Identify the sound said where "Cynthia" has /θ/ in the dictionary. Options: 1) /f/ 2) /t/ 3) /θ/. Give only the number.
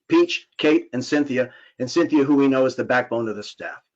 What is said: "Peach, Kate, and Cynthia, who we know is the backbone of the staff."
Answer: 3